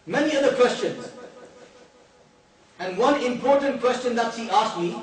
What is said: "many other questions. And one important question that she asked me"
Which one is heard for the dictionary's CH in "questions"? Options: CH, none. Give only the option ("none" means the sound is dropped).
CH